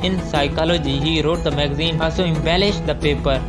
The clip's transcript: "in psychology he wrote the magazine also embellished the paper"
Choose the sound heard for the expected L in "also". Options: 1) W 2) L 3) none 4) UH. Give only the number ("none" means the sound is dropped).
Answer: 3